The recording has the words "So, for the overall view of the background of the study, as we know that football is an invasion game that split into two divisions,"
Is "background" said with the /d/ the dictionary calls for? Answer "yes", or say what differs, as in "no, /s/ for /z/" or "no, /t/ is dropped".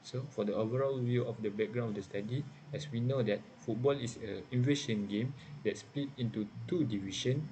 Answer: no, /d/ is dropped